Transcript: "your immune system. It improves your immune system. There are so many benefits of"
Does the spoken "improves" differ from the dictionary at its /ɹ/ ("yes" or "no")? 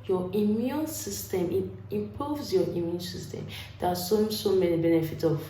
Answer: yes